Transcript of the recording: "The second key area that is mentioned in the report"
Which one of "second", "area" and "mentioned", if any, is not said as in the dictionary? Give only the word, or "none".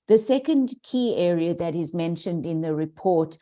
none